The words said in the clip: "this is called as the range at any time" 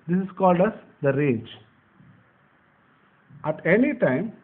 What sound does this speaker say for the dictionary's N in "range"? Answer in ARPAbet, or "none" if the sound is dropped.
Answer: none